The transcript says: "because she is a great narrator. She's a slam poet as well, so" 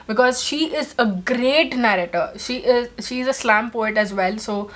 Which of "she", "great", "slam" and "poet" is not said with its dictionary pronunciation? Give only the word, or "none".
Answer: none